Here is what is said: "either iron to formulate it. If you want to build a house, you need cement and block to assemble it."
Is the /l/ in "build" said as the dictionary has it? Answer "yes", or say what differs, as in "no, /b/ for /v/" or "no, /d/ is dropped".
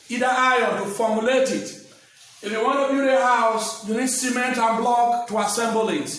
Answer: no, /l/ is dropped